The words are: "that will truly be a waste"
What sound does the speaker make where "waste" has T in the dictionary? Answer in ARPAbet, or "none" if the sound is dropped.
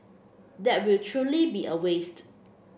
T